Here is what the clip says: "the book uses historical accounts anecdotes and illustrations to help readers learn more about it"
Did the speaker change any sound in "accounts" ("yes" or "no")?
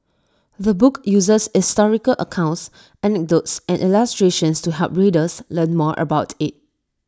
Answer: no